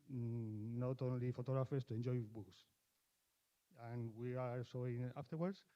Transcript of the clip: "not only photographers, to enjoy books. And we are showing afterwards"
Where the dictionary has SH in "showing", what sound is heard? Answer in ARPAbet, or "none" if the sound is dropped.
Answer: S